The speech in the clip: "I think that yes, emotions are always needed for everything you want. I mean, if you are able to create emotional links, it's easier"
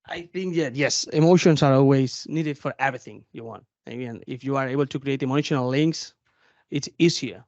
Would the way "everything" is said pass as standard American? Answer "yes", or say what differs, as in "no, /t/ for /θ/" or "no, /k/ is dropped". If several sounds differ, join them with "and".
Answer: yes